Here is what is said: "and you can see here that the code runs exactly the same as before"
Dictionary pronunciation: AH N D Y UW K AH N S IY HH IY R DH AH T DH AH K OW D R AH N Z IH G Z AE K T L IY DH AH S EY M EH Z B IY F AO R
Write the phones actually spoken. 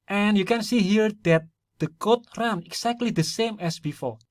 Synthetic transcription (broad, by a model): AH N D Y UW K AH N S IY HH IY R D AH T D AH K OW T R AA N IH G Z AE K T L IY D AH S EY M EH S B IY F AO R